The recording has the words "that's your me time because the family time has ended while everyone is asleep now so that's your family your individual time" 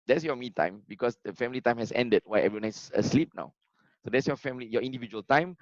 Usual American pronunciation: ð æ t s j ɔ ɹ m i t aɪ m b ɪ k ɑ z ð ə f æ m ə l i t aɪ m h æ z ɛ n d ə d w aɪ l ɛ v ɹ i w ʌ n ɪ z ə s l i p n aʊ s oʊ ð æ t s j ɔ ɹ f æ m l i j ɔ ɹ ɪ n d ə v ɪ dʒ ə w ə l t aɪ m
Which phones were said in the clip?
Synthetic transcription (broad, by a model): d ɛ t s j ɔ m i t aɪ m b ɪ k ɑ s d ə f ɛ m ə l i t aɪ m h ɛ s ɛ n d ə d w aɪ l ɛ v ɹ i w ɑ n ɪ s ə s l i p n aʊ s oʊ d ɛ t s j ɔ f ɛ m l i j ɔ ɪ n d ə v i dʒ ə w ə l t aɪ m